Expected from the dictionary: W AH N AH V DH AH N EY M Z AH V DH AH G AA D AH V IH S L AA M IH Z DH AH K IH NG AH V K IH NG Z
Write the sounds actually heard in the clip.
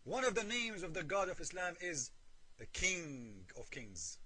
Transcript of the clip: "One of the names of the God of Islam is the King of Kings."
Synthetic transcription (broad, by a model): W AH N AH V DH AH N EY M Z AH V DH AH G AA D AH V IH S L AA M IH Z DH AH K IH NG AH V K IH NG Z